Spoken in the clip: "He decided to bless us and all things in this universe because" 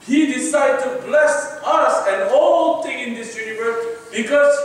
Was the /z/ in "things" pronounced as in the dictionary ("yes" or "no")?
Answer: no